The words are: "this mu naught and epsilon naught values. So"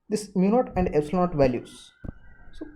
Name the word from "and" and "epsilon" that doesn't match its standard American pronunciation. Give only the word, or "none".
epsilon